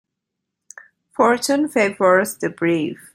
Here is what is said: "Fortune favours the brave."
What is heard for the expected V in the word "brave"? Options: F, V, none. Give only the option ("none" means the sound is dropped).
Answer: F